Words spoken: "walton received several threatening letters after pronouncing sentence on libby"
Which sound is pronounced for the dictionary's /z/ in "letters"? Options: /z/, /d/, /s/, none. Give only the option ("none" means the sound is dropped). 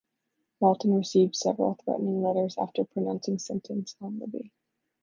/z/